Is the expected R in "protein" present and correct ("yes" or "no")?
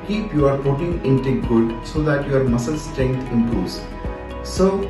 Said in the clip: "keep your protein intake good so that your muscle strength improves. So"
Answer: no